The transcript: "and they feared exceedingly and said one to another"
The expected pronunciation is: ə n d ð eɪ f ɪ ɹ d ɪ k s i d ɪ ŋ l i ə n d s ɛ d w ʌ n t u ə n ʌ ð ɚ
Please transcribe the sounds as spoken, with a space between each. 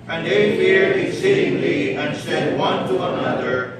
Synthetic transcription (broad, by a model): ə n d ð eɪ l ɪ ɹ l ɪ s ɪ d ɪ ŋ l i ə n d s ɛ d w ʌ n t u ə n ʌ ð ɚ